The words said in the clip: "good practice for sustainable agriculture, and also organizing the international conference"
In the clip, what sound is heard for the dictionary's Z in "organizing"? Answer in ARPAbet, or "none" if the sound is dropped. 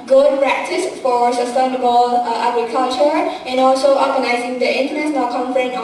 Z